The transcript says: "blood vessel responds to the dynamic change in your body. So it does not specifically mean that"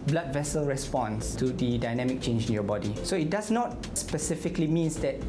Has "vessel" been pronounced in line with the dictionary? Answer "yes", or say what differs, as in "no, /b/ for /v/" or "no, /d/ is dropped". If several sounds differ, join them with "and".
yes